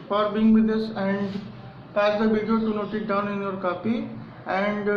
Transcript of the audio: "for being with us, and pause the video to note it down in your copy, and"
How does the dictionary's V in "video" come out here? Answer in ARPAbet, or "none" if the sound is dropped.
B